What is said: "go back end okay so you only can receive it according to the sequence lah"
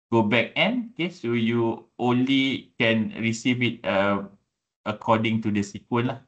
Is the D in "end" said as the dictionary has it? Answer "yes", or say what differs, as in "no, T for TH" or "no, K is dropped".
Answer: no, D is dropped